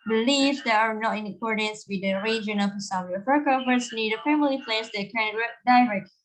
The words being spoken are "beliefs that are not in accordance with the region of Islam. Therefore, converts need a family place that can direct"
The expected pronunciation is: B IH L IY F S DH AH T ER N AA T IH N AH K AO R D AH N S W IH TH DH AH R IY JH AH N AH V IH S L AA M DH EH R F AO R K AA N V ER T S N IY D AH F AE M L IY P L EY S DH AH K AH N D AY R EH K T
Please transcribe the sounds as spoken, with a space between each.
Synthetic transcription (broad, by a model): B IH L IY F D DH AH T ER N AA T IH N AH K AO R D AH N S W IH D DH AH R IY JH AH N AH P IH S AA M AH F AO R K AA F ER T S N IY D AH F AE M L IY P L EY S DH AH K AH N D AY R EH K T